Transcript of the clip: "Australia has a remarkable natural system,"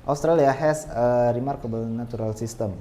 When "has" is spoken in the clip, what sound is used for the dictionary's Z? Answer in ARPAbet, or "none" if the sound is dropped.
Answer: S